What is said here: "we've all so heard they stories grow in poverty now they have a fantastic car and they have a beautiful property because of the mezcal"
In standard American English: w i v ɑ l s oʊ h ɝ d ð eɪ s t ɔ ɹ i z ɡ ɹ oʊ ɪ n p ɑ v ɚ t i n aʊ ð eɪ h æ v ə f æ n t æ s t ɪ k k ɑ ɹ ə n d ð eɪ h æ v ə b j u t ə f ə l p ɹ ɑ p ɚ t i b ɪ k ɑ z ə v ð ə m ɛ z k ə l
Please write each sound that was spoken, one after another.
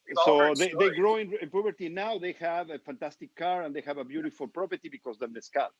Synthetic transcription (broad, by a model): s s oʊ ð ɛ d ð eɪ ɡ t ɔ i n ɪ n p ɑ p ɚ t i n aʊ ð eɪ h æ v ə f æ n t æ s t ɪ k k ɑ ɹ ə n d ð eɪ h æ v ə b j u t ə f ə l p ɹ ɑ p ɚ t i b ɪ k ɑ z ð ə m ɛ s k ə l